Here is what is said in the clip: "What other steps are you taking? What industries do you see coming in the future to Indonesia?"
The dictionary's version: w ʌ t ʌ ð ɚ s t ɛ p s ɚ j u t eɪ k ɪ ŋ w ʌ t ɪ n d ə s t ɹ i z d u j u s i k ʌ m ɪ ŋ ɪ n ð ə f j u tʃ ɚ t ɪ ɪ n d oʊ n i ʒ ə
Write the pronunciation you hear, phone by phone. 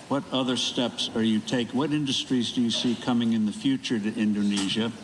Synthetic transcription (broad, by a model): w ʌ t ʌ ð ɚ s t ɛ p s ɚ j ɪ t eɪ ɪ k w ʌ t ɪ n d ə s t ɹ i z d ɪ j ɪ s i k ʌ m ɪ ŋ ɪ n ð ə f j u tʃ ɚ t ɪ ɪ n d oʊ n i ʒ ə